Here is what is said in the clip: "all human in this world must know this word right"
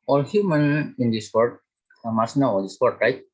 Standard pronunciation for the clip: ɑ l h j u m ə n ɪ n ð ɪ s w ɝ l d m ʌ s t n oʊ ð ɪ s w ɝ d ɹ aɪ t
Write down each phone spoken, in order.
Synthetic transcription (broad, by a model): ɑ l h j u m ə n ɪ n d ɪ s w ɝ d m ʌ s n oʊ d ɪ s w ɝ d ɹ aɪ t